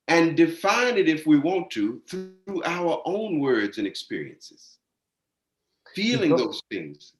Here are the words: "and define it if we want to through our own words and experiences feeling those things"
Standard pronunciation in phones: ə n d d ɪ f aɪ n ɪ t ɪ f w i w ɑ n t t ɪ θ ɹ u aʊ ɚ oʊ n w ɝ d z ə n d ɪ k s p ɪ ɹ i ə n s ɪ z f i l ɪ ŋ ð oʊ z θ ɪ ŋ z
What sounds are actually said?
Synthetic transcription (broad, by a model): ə n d d ɪ f aɪ n ɪ t ɪ f w i w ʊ n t t ɪ θ ɹ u aʊ ɚ oʊ n w ɝ d z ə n ɪ k s p ɪ ɹ i ə n s ɪ z f i l ɪ ŋ ð oʊ z θ ɪ ŋ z